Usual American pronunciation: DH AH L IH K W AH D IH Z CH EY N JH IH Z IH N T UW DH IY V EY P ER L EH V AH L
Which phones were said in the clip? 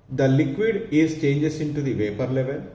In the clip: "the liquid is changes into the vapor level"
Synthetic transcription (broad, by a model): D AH L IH K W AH D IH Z CH EY N JH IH S IH N T UW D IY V EY P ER L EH V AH L